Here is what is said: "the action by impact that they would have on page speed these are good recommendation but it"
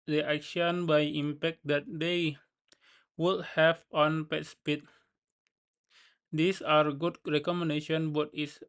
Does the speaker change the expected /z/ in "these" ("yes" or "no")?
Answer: yes